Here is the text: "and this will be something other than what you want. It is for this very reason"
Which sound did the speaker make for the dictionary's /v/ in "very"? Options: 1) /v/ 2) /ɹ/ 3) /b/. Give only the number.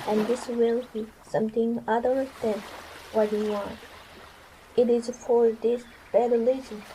3